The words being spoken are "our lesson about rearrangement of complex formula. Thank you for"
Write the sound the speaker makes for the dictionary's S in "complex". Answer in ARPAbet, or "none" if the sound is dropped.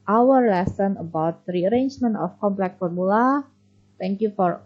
none